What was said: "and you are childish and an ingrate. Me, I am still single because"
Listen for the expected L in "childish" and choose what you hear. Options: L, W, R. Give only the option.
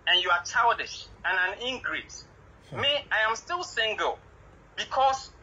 W